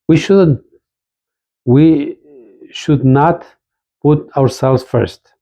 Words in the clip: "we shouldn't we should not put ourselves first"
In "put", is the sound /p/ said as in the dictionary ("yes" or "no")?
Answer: yes